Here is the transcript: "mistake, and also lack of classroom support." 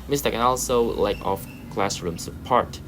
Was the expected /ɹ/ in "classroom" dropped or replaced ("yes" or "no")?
no